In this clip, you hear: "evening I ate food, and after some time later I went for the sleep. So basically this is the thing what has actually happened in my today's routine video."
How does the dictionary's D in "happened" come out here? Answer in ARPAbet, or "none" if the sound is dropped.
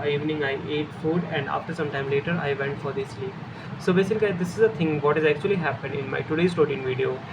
D